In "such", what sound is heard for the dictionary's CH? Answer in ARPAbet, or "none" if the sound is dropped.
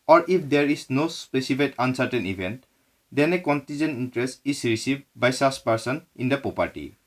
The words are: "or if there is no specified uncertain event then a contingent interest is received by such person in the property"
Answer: S